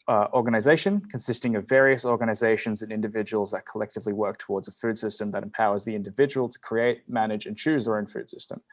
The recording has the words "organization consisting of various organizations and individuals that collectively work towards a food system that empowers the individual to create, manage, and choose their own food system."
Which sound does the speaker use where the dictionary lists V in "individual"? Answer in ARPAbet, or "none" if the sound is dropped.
V